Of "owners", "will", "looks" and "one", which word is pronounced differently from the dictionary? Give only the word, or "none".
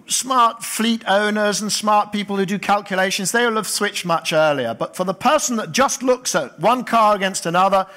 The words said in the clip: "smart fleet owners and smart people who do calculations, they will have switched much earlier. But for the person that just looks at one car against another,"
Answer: none